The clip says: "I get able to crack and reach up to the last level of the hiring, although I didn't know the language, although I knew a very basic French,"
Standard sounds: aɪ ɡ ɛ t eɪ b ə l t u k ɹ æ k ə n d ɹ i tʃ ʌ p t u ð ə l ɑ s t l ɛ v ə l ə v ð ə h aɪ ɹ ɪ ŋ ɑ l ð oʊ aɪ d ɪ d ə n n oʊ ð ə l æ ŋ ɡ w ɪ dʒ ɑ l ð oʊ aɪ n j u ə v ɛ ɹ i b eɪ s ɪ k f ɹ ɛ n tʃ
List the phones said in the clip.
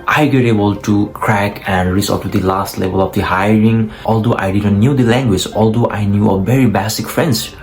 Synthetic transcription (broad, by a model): aɪ ɡ ɛ t eɪ b ə l t u k ɹ æ k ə n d ɹ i s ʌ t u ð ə l ɑ s t l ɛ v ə l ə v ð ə h aɪ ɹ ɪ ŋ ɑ l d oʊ aɪ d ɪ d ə n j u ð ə l æ ŋ ɡ w ɪ dʒ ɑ l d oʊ aɪ n j u ə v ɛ ɹ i b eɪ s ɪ k f ɹ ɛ n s